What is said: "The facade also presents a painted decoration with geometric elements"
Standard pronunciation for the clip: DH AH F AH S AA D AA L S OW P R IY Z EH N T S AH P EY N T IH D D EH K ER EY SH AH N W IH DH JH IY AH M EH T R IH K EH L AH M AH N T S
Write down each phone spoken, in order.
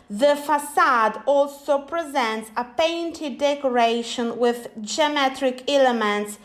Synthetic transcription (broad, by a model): DH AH F AH S AA D AA L S OW P R IY Z EH N T S AH P EY N T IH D D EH K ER EY SH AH N W IH DH JH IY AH M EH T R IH K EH L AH M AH N T S